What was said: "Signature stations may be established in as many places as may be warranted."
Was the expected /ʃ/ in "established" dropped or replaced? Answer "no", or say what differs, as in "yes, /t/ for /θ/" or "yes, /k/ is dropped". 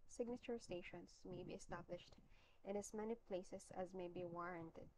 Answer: no